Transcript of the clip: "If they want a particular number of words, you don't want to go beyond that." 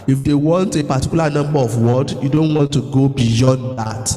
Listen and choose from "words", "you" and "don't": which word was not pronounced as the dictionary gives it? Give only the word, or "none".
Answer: words